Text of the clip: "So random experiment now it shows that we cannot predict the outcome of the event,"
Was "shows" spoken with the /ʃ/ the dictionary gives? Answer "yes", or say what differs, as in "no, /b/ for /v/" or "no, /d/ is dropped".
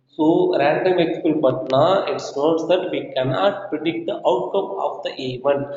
no, /s/ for /ʃ/